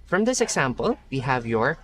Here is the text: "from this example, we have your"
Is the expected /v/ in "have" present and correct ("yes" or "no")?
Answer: yes